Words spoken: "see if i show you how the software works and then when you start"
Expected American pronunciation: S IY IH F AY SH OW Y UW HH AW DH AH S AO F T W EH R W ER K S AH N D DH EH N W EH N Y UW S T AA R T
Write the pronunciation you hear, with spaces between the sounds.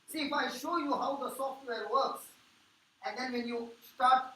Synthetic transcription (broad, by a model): S IY IH F AY SH OW Y UW HH AW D AH S AO F T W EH R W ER K S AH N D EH N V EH N Y UW S T AA R T